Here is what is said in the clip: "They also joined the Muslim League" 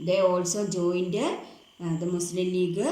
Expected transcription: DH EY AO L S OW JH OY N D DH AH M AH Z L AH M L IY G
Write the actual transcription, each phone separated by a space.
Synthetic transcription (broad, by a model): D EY AO L S OW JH OY N D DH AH M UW S L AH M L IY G